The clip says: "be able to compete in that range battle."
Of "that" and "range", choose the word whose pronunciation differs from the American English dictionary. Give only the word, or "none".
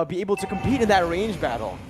none